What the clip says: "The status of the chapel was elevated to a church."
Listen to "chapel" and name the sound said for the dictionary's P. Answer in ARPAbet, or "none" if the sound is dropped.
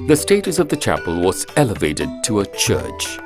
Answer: P